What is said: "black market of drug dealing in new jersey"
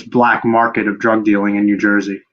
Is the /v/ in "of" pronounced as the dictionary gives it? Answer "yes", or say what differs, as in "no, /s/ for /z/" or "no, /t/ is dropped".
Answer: yes